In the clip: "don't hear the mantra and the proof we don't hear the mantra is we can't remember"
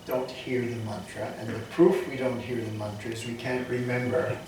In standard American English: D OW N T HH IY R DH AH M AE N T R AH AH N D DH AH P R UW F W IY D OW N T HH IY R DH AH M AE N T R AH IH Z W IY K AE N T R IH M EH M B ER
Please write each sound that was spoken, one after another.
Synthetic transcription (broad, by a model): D OW N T HH IY R DH AH M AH N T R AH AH N DH AH P R UW F W IY D OW N T HH IY R DH AH M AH N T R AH IH Z W IY K AE N T R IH M EH M B ER